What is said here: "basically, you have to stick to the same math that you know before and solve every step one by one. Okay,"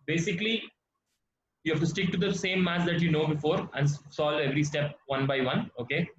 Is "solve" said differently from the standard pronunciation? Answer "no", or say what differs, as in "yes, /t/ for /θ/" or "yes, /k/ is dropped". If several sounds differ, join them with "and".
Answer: yes, /v/ is dropped